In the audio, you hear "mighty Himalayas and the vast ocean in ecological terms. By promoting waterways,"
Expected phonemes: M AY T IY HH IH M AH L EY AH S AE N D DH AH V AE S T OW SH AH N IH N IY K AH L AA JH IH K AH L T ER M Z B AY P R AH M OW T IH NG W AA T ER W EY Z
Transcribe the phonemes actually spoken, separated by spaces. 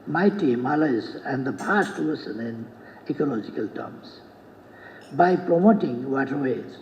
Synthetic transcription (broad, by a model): M AY T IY M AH L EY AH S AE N D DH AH P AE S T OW S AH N IH N IY K AH L AA JH IH K AH L T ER M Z B AY P R AH M OW T IH NG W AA T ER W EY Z